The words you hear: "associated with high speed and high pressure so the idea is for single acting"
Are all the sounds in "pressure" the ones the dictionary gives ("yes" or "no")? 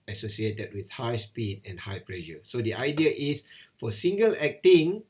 no